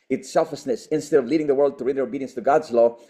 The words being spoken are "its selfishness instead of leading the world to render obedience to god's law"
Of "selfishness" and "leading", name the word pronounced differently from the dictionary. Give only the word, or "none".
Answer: selfishness